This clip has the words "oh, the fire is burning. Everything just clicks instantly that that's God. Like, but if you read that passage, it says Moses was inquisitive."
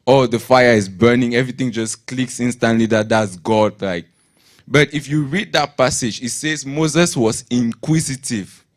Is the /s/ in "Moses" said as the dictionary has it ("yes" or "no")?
yes